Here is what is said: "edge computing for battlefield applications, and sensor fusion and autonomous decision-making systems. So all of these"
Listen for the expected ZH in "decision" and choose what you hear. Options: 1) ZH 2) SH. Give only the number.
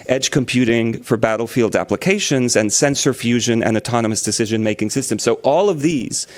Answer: 1